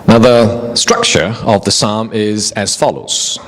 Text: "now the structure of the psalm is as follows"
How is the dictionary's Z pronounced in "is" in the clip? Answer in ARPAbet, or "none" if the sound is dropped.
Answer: Z